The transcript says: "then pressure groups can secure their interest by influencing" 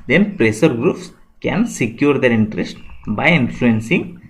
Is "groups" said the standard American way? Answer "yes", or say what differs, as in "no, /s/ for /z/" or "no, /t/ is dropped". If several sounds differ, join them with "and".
yes